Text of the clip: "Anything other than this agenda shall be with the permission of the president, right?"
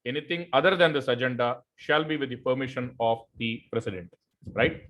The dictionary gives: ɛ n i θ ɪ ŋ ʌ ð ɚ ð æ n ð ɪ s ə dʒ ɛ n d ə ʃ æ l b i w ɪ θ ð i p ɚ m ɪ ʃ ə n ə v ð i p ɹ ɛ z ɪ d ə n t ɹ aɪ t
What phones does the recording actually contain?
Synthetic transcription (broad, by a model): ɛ n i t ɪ ŋ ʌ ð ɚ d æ n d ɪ s ə dʒ ɛ n d ə ʃ æ l b i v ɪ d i p ɚ m ɪ ʃ ə n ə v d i p ɹ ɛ s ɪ d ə n t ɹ aɪ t